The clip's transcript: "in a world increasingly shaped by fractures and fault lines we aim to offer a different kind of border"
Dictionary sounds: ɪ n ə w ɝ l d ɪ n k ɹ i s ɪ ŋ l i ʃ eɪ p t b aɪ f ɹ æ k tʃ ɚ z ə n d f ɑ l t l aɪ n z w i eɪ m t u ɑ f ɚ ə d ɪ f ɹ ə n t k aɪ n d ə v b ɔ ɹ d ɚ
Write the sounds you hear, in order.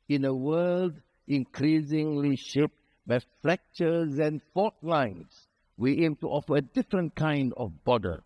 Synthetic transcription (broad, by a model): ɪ n ə w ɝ l d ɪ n k ɹ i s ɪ ŋ l i ʃ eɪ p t b aɪ f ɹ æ k tʃ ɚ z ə n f ɑ t l aɪ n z w i eɪ m t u ɑ f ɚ ə d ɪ f ɹ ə n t k aɪ n d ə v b ɔ d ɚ